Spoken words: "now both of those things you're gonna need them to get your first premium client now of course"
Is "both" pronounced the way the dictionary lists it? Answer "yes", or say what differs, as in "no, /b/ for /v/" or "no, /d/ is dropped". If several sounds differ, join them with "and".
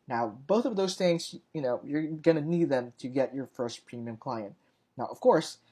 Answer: yes